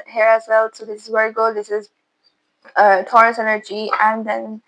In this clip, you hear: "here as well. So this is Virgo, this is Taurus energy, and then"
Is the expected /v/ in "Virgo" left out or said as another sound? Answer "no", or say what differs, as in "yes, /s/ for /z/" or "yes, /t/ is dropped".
yes, /w/ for /v/